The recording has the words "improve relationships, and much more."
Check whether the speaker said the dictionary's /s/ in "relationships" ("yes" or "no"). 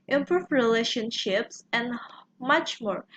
yes